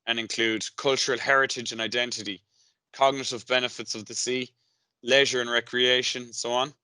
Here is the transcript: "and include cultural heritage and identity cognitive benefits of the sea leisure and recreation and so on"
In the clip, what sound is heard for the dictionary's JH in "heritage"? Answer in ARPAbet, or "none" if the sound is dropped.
JH